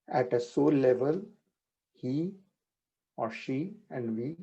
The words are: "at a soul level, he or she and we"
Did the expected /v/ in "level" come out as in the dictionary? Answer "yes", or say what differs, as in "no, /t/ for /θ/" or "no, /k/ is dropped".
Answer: yes